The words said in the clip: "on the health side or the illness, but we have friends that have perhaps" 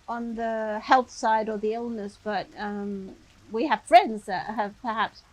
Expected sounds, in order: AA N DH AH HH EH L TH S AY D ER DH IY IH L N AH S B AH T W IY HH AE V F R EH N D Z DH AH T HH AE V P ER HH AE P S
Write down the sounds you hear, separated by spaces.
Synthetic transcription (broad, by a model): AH N DH AH HH EH L TH S AY D ER DH IY IH L N AH S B AH T W IY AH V F R EH N D Z DH AH T HH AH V P ER HH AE P S